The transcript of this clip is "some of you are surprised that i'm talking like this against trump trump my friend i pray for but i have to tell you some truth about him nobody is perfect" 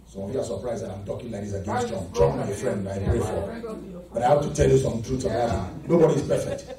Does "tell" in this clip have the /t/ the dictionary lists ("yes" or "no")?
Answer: yes